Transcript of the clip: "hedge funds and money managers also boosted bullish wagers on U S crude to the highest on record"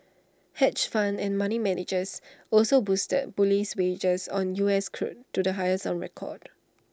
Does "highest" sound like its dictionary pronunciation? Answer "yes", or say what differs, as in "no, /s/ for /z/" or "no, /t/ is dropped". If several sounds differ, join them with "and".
no, /t/ is dropped